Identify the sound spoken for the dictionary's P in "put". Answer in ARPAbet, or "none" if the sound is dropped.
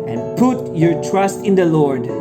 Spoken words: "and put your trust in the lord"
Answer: P